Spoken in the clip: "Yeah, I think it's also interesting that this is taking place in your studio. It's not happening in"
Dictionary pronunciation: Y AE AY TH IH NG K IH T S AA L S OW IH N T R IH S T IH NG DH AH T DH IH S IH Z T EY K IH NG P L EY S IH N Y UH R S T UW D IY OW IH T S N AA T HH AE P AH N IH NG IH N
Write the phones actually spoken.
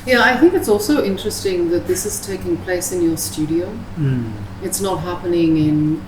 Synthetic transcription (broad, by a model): Y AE AY TH IH NG K IH T S AA L S OW IH N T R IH S T IH NG DH AH T DH IH S IH Z T EY K IH NG P L EY S IH N Y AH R S T UW D IY OW IH T S N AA T HH AE P AH N IH NG IH N